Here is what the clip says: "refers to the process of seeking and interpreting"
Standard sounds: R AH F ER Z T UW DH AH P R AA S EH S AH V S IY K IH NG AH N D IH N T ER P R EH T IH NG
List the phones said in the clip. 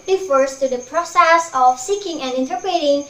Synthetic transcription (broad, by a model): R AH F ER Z T UW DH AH P R AA S EH S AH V S IY K IH NG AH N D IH N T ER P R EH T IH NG